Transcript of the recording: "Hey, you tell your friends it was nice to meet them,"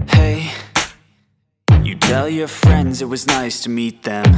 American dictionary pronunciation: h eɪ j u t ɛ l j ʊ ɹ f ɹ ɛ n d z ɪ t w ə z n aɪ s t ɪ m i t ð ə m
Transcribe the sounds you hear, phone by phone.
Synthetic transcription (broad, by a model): h eɪ j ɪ t ɛ l j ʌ ɹ f ɹ ɛ n d z ɪ t w ə z n aɪ s t ɪ m i t ð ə m